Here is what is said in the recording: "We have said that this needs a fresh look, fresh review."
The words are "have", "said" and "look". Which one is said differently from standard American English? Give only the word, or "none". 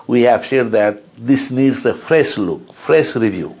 said